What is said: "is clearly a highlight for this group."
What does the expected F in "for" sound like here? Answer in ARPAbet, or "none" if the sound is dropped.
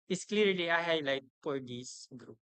P